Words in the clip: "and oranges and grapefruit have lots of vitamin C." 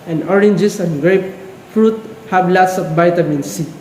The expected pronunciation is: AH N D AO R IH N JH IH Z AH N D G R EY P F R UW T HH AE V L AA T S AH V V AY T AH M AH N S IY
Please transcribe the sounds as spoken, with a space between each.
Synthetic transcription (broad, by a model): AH N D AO R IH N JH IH S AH N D G R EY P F R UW T HH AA B L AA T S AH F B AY T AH M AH N S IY